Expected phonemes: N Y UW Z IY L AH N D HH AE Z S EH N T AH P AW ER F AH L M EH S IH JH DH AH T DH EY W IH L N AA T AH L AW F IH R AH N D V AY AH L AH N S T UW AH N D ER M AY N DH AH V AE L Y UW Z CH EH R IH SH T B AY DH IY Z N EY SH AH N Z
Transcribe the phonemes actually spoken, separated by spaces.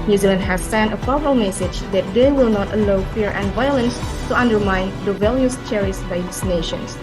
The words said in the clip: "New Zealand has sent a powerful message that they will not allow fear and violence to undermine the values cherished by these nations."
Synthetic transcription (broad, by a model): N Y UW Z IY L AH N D HH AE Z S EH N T AH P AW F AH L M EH S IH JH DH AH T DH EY W IH L N AA T AH L AW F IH R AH N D V AY AH L AH N S T UW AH N D ER M AY N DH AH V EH L Y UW S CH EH R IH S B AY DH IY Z N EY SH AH N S